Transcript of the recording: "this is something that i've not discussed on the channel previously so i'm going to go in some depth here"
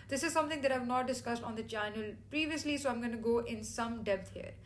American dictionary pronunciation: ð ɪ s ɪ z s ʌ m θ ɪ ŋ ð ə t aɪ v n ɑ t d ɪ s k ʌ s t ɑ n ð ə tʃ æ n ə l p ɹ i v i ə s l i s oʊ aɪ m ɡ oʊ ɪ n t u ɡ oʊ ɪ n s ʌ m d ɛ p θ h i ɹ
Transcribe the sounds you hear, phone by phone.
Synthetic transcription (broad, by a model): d ɪ s ɪ z s ʌ m t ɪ ŋ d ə t aɪ v n ɑ t d ɪ s k ʌ s t ɑ n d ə tʃ æ n ə l p ɹ i v i ə s l i s oʊ aɪ m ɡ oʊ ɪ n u ɡ oʊ ɪ n s ʌ m d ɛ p t h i ɹ